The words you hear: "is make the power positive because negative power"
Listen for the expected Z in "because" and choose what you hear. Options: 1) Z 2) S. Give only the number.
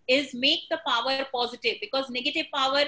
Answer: 1